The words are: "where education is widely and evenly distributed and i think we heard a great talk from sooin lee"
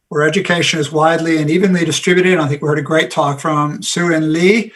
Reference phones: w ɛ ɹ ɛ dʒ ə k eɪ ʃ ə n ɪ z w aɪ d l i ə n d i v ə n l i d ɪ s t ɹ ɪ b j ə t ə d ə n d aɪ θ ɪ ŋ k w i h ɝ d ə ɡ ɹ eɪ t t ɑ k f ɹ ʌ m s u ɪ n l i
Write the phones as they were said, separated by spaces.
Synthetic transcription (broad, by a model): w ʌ ɹ ɛ dʒ ə k eɪ ʃ ə n ɪ z w aɪ d l i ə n i v ə n l i d ɪ s t ɹ ɪ b j ə t ə d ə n aɪ θ ɪ ŋ k w i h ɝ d ə ɡ ɹ eɪ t t ɑ k f ɹ ʌ m s u ɪ n l i